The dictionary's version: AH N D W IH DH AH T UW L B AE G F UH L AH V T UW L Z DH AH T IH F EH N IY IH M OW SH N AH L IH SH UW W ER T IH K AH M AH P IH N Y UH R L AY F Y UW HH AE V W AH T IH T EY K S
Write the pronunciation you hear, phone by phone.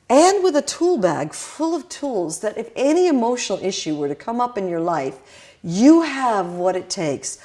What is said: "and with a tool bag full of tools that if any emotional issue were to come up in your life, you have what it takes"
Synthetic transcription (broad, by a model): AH N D W IH DH AH T UW L B AE G F UH L AH V T UW L Z DH AH T IH F EH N IY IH M OW SH N L IH SH UW W ER T IH K AH M AH P IH N Y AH R L AY F Y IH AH V W AH T IH T EY K S